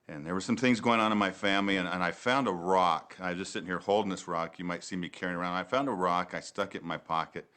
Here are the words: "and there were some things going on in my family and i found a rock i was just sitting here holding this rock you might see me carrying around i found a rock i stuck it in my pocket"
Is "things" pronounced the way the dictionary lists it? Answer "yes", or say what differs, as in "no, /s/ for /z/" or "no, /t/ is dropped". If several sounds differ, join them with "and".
yes